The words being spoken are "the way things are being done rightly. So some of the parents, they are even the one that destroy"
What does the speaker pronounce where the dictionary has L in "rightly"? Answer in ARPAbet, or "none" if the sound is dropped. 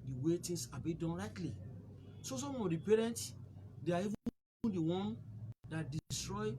L